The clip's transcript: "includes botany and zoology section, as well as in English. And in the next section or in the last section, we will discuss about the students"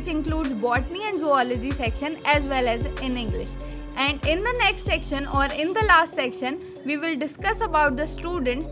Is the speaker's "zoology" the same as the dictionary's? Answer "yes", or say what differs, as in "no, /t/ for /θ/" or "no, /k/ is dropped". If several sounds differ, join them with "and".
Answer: yes